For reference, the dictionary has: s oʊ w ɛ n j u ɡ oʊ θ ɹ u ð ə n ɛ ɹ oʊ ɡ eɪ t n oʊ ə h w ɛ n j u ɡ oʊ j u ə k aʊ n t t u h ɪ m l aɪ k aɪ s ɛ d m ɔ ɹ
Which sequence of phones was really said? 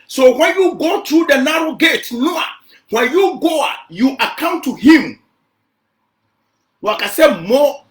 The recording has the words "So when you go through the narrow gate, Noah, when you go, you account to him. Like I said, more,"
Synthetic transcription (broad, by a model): s oʊ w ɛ n j u ɡ oʊ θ ɹ u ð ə n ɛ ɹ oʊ ɡ eɪ t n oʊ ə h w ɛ n j u ɡ oʊ j u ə k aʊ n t t u h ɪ m w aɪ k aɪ s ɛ m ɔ